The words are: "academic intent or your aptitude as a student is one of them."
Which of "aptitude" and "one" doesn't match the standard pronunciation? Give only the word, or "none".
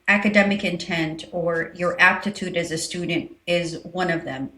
none